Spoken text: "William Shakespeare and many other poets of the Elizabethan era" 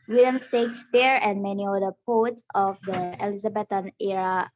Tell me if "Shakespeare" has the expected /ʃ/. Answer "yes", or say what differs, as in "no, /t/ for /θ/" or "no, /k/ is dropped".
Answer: no, /s/ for /ʃ/